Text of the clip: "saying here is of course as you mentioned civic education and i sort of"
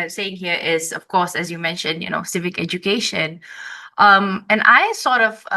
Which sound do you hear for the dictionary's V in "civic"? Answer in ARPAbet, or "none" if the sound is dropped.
V